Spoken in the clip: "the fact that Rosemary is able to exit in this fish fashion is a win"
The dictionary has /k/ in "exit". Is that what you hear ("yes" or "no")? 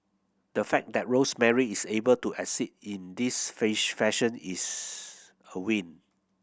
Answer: no